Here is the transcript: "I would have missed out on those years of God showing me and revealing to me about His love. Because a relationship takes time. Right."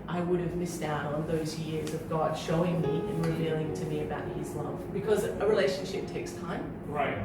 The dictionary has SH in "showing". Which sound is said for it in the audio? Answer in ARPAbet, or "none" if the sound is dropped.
SH